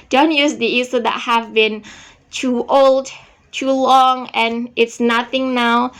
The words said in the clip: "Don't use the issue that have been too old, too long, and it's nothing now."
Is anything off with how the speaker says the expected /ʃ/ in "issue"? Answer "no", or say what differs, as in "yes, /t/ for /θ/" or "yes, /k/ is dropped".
yes, /s/ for /ʃ/